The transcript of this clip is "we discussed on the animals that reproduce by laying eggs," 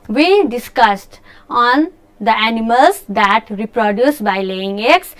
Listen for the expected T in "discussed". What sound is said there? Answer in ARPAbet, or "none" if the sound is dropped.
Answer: T